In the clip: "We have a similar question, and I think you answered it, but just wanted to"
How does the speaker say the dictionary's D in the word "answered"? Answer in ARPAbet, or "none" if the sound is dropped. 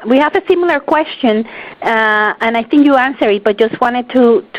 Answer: none